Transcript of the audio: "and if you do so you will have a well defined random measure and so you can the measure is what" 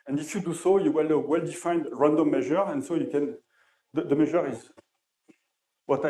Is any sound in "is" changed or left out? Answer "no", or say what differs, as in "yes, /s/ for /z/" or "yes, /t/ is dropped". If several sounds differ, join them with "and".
no